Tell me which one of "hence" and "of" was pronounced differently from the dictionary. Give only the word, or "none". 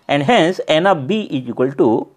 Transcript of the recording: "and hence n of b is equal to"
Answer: of